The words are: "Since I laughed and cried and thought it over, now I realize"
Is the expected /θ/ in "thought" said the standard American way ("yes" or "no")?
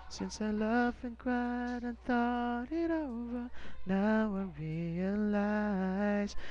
yes